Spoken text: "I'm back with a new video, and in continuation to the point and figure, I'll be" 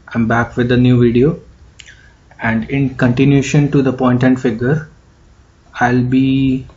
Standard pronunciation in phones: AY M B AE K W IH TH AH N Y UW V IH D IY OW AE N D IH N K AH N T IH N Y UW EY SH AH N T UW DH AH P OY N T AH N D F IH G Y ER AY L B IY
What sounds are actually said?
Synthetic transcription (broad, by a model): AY M B AE K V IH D AH N Y UW V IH D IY OW AE N D IH N K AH N T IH N Y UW SH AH N T UW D AH P OY N T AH N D F IH G Y ER AY L B IY